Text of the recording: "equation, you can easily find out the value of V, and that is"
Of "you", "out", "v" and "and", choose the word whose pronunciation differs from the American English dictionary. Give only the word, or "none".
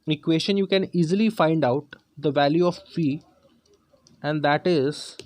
v